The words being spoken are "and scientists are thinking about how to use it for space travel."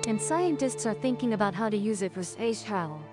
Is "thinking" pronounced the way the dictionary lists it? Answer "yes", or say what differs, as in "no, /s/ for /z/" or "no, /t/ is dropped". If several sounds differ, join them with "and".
yes